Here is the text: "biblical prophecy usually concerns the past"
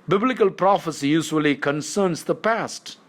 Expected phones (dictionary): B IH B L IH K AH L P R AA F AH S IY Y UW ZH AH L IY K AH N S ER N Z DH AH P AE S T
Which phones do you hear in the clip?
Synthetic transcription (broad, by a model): B IH B L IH K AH L P R AA F AH S IY Y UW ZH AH L IY K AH N S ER N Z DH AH P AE S T